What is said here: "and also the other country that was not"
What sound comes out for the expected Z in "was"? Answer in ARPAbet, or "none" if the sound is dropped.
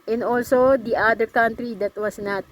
S